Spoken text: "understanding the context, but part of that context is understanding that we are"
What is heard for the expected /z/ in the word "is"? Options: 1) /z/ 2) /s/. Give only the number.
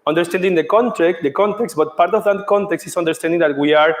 2